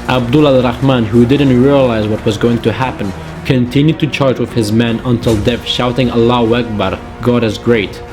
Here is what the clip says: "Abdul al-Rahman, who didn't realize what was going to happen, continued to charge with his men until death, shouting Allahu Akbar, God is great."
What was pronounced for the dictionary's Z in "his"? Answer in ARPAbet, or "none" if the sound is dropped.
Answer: Z